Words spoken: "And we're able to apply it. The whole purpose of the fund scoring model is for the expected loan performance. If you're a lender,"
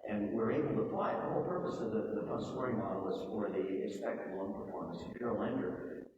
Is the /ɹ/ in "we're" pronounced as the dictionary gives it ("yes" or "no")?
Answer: yes